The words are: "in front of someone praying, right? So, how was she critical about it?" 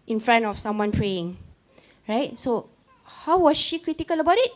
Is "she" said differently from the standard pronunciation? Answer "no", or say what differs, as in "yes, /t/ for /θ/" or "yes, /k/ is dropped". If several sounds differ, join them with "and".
no